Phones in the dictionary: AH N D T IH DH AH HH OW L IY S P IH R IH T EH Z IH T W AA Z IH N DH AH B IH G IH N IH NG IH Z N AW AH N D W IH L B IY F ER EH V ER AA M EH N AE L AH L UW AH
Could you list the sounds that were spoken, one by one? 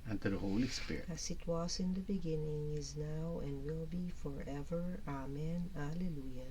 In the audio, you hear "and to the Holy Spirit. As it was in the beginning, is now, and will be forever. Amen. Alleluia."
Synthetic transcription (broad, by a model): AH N T IH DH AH HH OW L IY S P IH R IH EH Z IH T W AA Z IH N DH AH B IH G IH N IH NG IH Z N AW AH N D W IH L B IY F ER EH V ER AA M EH N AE L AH L UW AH